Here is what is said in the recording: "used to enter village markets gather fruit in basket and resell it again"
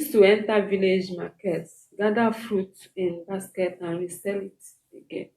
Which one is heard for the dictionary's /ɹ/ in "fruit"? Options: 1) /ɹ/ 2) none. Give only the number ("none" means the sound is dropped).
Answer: 1